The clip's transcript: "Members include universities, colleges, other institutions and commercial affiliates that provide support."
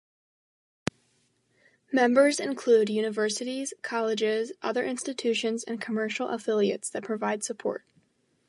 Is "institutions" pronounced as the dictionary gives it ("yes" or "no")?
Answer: yes